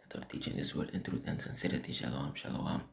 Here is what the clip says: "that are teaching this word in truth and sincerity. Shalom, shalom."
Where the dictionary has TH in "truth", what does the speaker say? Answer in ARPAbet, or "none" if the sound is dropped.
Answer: T